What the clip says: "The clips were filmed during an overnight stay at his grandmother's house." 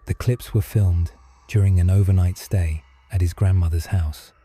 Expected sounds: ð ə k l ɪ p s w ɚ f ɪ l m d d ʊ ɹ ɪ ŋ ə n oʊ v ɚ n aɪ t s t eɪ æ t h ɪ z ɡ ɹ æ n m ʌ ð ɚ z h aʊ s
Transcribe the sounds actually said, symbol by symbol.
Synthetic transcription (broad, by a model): ð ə k l ɪ p s w ɚ f ɪ l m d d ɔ ɹ ɪ ŋ ə n oʊ v ɚ n aɪ t s t eɪ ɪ t h ɪ z ɡ ɹ æ n m ʌ ð ɚ z h aʊ s